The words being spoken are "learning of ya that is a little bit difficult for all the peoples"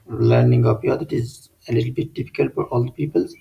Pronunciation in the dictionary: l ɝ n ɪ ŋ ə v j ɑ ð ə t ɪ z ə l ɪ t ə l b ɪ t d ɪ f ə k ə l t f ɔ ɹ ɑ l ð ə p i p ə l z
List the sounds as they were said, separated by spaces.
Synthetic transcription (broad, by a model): l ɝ n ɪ ŋ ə p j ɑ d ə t ɪ z ə l ɪ t ə l b ɪ t d ɪ f ə k ə l t f ɔ ɹ ɑ l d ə p i p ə l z